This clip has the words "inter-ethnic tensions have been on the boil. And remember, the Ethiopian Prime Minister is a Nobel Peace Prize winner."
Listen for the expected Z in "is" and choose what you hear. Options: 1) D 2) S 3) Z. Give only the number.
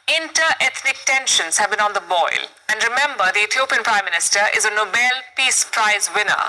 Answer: 3